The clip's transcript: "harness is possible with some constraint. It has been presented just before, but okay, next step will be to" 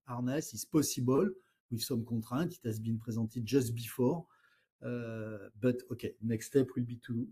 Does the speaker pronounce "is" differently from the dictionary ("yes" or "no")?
yes